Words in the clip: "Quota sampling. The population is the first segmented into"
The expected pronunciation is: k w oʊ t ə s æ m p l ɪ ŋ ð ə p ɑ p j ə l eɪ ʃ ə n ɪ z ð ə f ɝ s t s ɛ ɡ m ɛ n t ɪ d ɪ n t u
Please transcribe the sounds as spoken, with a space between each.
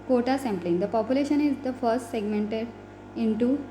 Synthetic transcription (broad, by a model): k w oʊ t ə s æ m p l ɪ ŋ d ə p ɑ p j ə l eɪ ʃ ə n ɪ z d ə f ɝ s t s ɛ ɡ m ɛ n t ɪ d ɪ n t u